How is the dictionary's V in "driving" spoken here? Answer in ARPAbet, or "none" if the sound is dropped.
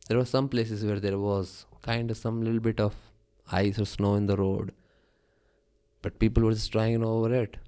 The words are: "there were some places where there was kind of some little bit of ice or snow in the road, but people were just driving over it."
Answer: none